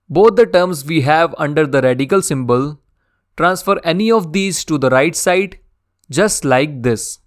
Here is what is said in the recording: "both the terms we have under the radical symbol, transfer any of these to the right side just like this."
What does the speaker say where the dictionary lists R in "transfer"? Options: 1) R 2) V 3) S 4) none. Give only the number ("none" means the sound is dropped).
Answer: 1